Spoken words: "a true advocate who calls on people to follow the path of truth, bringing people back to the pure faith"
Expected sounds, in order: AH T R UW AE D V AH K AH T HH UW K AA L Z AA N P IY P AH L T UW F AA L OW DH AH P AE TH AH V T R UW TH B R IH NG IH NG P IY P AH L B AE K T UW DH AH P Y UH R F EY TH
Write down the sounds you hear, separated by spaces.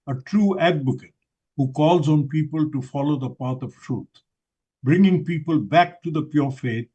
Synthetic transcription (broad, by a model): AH T R UW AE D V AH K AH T HH UW K AA L Z AA N P IY P AH L T UW F AA L OW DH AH P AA T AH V T R UW T B R IH NG IH NG P IY P AH L B AE K T UW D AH P Y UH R F EY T